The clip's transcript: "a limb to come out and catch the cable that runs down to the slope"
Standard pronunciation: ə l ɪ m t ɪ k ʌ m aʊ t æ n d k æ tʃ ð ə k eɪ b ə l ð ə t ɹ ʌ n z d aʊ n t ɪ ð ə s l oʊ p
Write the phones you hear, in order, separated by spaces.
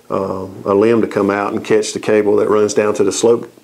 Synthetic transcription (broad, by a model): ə l ɪ m t ɪ k ʌ m aʊ t n k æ tʃ ð ə k eɪ b l ð ə t ɹ ʌ n z d aʊ n t ɪ ð ə s l oʊ p